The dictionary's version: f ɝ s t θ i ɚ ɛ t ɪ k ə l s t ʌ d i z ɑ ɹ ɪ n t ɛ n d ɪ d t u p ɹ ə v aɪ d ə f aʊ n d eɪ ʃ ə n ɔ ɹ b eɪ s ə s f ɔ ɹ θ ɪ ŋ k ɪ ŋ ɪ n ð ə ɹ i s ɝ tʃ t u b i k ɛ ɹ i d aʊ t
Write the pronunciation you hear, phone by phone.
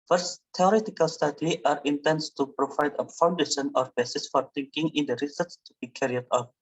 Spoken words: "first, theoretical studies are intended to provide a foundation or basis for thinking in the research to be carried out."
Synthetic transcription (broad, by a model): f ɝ s t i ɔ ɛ t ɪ k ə l s t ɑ d i ɑ ɹ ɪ n t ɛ n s t u p ɹ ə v aɪ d ə f aʊ n d eɪ ʃ ə n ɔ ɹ b eɪ s ə s f ɔ ɹ t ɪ ŋ k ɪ ŋ ɪ n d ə ɹ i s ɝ s t u b i k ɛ ɹ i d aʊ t